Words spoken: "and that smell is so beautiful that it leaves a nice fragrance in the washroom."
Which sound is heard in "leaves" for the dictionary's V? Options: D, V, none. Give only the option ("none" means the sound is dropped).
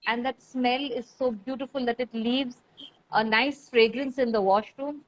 V